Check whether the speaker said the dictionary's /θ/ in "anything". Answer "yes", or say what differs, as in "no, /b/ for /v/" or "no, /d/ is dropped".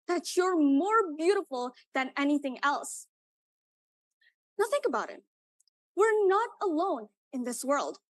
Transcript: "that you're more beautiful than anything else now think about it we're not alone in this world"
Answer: yes